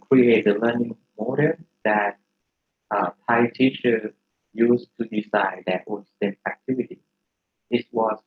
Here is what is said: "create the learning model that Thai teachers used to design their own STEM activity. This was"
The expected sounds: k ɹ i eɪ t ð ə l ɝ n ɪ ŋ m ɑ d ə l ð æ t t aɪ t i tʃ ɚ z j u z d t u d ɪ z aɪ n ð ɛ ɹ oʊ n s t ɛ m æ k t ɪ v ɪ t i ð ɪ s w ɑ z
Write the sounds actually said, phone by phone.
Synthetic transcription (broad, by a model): k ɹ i eɪ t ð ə l ɝ n ɪ ŋ m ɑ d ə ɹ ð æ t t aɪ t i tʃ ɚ j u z t u d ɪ s aɪ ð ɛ w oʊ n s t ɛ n æ k t ɪ v ɪ t i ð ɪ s w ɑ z